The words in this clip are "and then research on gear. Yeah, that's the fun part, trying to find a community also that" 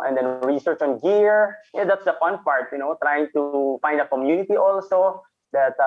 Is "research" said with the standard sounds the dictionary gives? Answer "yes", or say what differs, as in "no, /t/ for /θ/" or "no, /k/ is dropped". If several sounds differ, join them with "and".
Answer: yes